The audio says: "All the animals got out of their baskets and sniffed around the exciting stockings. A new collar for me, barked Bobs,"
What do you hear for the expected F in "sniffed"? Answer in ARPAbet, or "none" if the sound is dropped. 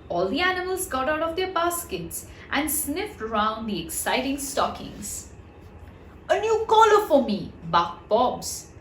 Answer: F